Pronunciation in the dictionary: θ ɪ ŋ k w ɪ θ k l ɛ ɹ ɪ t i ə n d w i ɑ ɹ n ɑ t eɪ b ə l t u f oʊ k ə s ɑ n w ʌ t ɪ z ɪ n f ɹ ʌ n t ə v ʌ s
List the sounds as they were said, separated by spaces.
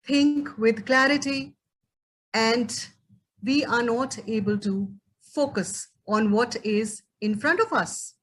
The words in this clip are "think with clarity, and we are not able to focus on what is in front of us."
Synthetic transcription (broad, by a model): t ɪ ŋ k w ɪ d k l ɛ ɹ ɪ t i ə n d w i ɑ ɹ n ɑ t eɪ b ə l t u f oʊ k ə s ɑ n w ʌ t ɪ z ɪ n f ɹ ʌ n t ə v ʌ s